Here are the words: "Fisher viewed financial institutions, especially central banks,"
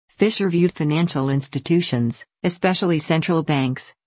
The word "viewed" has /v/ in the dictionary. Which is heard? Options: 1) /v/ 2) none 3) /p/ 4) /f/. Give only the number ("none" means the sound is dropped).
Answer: 1